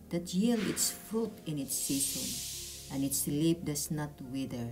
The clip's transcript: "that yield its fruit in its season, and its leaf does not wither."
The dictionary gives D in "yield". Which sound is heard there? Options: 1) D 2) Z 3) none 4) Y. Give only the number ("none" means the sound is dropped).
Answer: 3